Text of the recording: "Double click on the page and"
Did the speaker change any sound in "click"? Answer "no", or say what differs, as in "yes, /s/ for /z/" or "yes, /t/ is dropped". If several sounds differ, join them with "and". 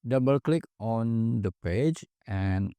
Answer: no